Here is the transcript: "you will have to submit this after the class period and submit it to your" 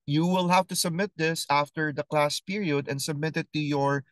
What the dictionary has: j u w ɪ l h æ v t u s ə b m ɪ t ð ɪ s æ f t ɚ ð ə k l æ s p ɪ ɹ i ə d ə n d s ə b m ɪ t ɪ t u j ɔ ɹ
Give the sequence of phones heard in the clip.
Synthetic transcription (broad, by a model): j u w ɪ l h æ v t u s ə b m ɪ t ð ɪ s æ f t ɚ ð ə k l æ s p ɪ ɹ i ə d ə n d s ə b m ɪ t ɪ t u j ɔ ɹ